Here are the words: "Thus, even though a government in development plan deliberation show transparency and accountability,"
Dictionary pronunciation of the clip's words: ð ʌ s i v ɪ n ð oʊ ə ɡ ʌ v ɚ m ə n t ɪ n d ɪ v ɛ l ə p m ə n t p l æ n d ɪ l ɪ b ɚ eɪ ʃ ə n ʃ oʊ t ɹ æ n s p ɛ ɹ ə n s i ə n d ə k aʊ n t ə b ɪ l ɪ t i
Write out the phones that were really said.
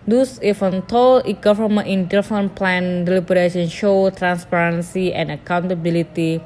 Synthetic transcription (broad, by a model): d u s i f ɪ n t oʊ ə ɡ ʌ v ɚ m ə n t ɪ n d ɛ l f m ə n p l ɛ n d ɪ l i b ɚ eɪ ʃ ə n ʃ oʊ t ɹ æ n s p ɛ ɹ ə n s i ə n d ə k aʊ n t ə b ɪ l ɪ t i